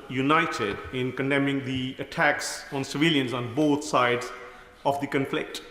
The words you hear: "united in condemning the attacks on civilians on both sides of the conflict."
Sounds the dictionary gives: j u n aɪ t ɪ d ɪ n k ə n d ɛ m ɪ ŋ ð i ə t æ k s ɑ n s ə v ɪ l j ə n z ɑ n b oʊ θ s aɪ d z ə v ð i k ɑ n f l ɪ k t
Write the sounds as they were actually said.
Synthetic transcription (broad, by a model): j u n aɪ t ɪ d ɪ n k ə n d ɛ m ɪ ŋ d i ə t æ k s ɑ n s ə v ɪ l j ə n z ɑ n b oʊ t s aɪ d z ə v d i k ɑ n f l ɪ k t